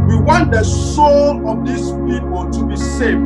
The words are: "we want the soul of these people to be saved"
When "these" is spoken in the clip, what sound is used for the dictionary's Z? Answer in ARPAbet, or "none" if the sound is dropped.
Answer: S